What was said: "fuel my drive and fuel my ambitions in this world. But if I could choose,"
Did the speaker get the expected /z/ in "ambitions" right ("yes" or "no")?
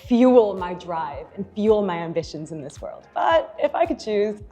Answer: yes